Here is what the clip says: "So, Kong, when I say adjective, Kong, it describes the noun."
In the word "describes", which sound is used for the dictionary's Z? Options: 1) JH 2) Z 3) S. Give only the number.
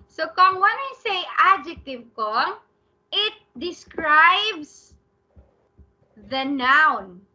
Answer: 3